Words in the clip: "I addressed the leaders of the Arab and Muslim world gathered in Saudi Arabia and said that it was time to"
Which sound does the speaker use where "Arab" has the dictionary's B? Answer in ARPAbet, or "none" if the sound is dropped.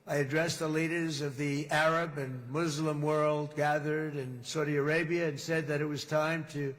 B